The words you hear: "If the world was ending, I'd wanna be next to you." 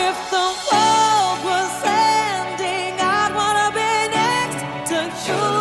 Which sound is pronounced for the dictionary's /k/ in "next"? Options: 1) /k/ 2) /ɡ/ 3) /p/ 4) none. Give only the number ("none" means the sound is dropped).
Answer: 1